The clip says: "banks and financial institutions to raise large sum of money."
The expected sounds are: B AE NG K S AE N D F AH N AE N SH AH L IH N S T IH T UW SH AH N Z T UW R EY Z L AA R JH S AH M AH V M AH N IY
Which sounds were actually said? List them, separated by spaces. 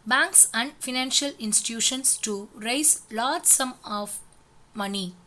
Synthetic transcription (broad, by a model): B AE NG K S AE N D F AH N AE N SH AH L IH N S T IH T UW SH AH N S T UW R EY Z L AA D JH S AH M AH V M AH N IY